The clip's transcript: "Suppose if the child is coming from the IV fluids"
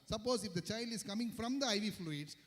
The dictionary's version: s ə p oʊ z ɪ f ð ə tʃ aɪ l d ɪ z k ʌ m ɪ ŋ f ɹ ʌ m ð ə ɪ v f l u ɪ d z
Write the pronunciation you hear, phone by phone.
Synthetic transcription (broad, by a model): s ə p oʊ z ɪ f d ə tʃ aɪ l d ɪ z k ʌ m ɪ ŋ f ɹ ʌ m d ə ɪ v f l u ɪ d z